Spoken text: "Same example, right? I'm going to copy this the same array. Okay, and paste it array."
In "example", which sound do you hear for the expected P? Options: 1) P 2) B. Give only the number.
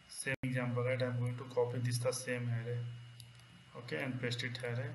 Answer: 2